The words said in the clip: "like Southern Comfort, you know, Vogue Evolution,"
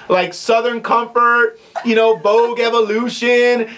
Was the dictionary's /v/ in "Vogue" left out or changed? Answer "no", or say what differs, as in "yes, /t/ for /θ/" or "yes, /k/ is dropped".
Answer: yes, /b/ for /v/